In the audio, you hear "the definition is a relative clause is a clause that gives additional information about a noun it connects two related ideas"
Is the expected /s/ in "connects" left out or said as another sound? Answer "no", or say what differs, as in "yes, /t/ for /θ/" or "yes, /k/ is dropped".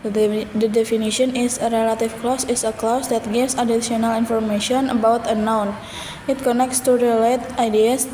no